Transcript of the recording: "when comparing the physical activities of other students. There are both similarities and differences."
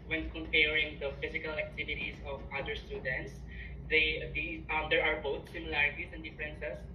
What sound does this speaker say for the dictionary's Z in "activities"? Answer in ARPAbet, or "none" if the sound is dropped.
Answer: S